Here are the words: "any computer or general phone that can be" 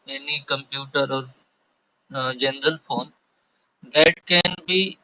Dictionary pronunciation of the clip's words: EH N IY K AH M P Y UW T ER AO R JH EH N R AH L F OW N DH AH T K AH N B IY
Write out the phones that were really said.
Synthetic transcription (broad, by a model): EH N IY K AH M P Y UW T ER AO R JH EH N R AH L F OW N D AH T K AH N B IY